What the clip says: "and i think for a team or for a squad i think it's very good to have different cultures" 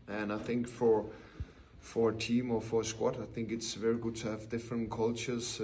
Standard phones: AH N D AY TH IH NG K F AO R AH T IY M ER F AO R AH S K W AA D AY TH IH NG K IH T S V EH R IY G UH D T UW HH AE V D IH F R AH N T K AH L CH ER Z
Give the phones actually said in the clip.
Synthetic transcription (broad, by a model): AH N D AY TH IH NG K F AO R AH T IY M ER F AO R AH S K W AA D AY TH IH NG K IH T S V EH R IY G UH D T UW HH AE V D IH F R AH N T K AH L CH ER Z